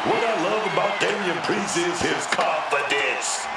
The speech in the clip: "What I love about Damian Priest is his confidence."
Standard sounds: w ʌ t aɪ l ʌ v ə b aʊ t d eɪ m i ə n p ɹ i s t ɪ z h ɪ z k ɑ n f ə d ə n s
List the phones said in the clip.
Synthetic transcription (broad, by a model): w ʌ t aɪ l ʌ v ə b aʊ t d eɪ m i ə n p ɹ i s ɪ z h ɪ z k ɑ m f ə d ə n s